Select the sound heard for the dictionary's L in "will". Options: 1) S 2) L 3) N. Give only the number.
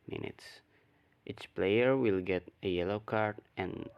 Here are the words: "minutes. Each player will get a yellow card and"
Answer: 2